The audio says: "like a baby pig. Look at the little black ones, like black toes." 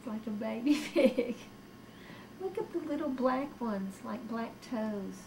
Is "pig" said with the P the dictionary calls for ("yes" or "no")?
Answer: no